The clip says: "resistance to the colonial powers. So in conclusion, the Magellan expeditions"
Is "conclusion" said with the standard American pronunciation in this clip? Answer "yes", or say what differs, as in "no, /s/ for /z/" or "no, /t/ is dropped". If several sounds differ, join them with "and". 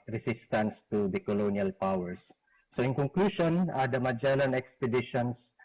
no, /ʃ/ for /ʒ/